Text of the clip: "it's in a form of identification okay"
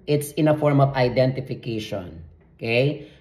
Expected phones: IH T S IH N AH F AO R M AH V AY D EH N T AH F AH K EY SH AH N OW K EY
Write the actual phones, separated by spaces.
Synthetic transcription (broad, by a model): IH T S IH N AH F AO R M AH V AY D EH N T AH F AH K EY SH AH N OW K EY